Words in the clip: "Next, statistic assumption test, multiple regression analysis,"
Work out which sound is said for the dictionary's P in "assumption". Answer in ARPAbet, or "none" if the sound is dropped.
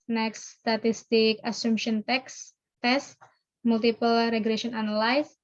none